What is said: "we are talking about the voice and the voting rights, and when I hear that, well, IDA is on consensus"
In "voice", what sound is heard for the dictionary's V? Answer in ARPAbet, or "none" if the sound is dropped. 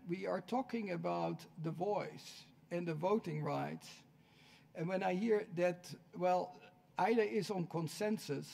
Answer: V